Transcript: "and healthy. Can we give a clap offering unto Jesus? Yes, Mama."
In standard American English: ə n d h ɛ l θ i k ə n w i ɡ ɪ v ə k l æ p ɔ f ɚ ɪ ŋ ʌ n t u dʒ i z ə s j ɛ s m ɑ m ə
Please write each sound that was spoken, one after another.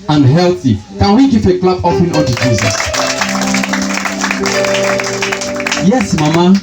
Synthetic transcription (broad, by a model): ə n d h ɛ l θ i k ə n w i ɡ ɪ f ə k l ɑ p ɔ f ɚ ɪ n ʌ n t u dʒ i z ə s j ɛ s m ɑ m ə